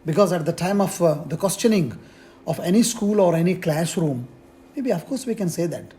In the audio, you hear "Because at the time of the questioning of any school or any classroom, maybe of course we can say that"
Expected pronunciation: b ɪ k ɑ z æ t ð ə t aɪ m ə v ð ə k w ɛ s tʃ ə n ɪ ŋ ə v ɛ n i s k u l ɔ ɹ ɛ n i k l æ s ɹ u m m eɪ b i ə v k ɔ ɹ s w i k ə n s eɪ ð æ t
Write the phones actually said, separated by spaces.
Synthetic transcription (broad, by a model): b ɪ k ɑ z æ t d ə t aɪ m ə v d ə k w ɛ s tʃ ə n ɪ ŋ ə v ɛ n i s k u l ɔ ɹ ɛ n i k l æ s ɹ u m m eɪ b i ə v k ɔ ɹ s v i k ə n s eɪ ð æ t